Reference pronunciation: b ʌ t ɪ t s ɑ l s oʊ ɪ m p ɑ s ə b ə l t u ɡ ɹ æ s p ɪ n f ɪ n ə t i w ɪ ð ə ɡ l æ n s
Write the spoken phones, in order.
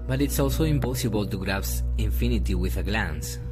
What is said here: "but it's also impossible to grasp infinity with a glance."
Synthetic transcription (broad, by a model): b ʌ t ɪ t s ɑ l s oʊ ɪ m p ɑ s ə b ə l t u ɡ ɹ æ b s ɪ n f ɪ n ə t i w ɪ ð ə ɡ l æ n s